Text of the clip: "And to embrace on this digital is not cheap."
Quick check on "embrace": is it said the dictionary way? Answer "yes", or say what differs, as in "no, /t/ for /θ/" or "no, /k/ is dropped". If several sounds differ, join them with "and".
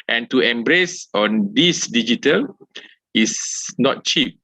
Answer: yes